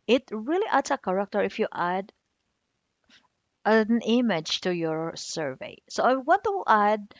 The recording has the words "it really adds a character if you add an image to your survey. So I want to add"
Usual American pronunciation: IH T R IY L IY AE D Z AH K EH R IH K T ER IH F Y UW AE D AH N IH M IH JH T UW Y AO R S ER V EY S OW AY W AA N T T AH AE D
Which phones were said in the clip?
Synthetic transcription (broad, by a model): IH T R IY L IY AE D S AH K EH R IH K T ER IH F Y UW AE D AH N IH M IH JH T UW Y AO R S ER V EY S OW AY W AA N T T AH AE D